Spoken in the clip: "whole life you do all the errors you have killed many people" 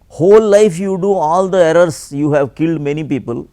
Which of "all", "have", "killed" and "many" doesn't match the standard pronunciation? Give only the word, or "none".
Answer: none